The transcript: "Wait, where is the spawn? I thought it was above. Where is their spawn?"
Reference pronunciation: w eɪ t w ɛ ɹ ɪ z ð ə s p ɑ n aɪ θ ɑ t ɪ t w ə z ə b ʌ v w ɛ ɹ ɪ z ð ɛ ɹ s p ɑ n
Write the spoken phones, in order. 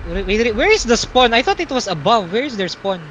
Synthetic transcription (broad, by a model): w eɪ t w ɛ ɹ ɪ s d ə s p ɑ n aɪ θ ɑ t ɪ t w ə s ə b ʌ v w ɛ ɹ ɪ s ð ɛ ɹ s p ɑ n